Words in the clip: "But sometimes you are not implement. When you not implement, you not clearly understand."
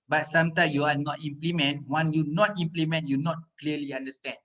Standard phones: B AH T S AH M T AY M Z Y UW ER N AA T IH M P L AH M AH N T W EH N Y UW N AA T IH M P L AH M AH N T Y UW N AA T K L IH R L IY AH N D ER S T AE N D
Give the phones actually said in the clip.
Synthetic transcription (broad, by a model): B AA T S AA M T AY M Y UW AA N AA T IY M P L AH M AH N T W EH N Y UW N AA T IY M P L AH M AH N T Y UW N AA T K L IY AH L IY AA N D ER S T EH N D